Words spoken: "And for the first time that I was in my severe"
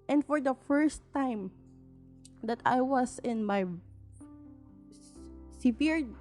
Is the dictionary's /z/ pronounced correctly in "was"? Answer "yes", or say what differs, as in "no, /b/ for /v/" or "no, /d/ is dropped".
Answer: no, /s/ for /z/